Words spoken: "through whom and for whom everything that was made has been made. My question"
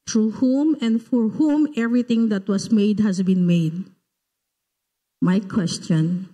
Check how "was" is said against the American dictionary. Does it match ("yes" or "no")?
no